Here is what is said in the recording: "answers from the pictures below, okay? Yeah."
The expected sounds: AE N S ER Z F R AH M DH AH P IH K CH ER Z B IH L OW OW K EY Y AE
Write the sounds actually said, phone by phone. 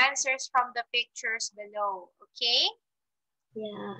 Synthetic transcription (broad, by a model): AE N S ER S F R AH M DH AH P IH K CH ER S B IH L OW OW K EY Y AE